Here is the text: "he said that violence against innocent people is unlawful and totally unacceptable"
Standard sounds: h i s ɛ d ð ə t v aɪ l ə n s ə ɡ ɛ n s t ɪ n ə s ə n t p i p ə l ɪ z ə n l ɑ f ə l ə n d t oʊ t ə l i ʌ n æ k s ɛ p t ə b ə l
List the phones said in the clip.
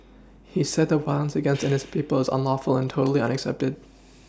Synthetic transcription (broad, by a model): h i s ɛ d ð ə t w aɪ ə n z ə ɡ ɛ n s t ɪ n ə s p i p l ɪ z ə n l ɑ f l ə n t oʊ t l i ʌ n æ k s ɛ p t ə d